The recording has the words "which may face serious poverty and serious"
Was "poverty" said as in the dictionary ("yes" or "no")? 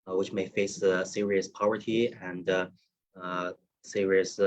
yes